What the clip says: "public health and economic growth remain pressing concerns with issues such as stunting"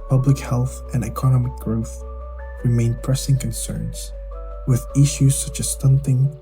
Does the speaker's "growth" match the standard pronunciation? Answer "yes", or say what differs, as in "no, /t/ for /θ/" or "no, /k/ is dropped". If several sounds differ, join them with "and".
yes